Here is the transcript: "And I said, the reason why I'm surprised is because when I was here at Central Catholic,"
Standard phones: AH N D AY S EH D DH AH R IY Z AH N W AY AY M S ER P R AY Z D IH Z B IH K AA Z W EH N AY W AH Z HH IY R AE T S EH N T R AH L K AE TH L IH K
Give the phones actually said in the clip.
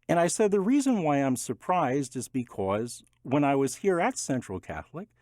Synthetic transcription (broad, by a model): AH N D AY S EH D DH AH R IY Z AH N W AY AY M S ER P R AY Z D IH Z B IH K AA Z W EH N AY W AH Z HH IY R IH T S EH N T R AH L K AE TH L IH K